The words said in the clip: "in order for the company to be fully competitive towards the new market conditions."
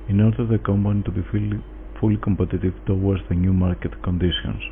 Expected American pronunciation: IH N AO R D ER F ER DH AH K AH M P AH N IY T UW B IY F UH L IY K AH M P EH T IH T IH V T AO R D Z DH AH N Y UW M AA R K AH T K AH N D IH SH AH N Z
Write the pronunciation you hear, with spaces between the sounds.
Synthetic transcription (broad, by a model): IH N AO R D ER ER DH AH K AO M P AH N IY T UW B IY F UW L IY K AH M P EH T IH T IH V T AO W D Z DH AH N Y UW M AA R K AH T K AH N D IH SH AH N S